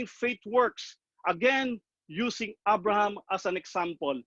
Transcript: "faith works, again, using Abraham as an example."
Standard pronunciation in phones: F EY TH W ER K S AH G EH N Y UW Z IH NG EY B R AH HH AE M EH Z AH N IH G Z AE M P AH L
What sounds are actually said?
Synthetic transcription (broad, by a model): F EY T W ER K S AH G EH N Y UW S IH NG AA B R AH HH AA M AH S AH N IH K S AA M P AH L